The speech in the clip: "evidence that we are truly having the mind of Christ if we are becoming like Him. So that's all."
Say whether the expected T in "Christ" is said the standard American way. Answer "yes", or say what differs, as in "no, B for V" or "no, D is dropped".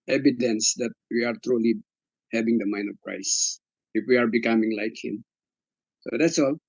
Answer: no, T is dropped